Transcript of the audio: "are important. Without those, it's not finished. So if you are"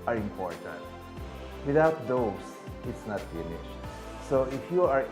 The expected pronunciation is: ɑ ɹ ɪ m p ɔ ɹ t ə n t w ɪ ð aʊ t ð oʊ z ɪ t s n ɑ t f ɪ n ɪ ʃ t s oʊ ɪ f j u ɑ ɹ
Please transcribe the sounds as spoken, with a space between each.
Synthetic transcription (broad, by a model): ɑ ɹ ɪ m p ɔ ɹ t ə n t w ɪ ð aʊ t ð oʊ s ɪ t s n ɑ t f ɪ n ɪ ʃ s oʊ ɪ f j u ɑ ɹ